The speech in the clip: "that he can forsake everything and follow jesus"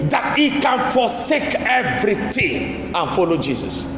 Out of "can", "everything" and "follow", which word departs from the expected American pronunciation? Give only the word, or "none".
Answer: everything